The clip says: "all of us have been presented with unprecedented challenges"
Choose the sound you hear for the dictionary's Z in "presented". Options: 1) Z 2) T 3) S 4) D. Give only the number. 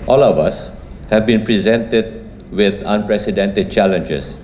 1